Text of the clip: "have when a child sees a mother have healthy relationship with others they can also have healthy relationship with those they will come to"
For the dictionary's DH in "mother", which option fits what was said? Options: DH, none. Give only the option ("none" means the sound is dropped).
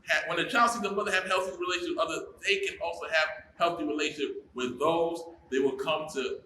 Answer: DH